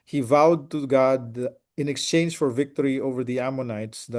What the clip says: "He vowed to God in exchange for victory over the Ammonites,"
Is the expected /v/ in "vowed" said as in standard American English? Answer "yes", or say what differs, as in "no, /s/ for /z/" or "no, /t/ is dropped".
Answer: yes